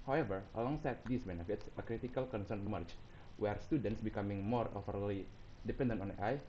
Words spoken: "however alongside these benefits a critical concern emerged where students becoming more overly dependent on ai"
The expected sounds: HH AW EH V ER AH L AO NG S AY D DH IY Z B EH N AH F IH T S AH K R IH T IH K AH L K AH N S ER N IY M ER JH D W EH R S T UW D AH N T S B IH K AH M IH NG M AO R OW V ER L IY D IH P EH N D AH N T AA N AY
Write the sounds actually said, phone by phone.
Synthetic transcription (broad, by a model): HH AW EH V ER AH L AO NG S AY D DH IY S B EH N AH F IH T S AH K R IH T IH K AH L K AH N S ER N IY M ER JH W EH R S T UW D AH N T S B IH K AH M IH NG M AO R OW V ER L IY D IH P EH N D AH N T AA N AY